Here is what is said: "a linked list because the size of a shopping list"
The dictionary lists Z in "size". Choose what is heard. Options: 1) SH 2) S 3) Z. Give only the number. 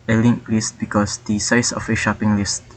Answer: 2